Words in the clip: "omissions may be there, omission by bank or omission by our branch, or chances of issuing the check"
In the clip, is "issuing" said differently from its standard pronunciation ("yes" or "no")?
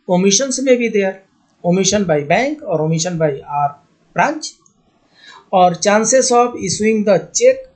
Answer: yes